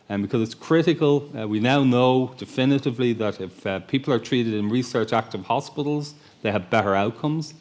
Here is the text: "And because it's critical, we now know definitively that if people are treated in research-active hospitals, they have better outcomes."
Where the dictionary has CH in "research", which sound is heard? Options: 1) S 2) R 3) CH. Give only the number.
3